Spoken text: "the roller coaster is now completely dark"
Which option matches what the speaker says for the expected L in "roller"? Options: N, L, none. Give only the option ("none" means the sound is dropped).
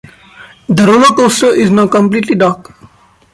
N